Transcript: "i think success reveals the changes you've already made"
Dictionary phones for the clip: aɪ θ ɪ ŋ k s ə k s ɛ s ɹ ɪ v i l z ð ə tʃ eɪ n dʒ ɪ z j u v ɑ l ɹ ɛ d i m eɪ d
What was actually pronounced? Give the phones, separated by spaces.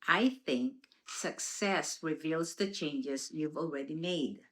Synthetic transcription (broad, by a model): aɪ θ ɪ ŋ k s ə k s ɛ s ɹ ɪ v i l z ð ə tʃ eɪ n dʒ ɪ z j u v ɑ l ɹ ɛ d i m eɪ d